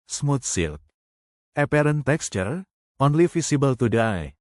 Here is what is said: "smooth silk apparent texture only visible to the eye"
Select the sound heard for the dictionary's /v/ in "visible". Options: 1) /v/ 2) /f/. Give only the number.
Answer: 2